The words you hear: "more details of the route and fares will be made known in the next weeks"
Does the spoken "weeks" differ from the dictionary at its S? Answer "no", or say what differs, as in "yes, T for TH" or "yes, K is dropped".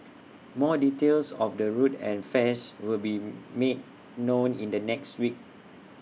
yes, S is dropped